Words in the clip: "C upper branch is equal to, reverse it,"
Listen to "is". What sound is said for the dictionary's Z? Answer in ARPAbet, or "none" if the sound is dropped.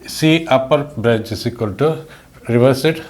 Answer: S